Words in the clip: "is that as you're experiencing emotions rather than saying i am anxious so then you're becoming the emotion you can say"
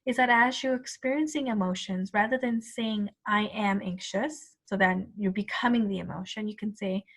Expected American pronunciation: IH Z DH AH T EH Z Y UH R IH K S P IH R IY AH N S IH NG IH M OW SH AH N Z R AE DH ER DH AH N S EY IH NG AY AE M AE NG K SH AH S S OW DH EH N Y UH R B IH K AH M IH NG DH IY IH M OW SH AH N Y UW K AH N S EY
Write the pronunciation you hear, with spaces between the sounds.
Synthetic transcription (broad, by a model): IH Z DH AH T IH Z Y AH R IH K S P IH R IY AH N S IH NG IH M OW SH AH N Z R AE DH ER DH AH N S EY IH NG AY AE M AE NG K SH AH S S OW DH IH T Y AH R B IH K AH M IH NG DH IY IH M OW SH AH N Y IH K AH N S EY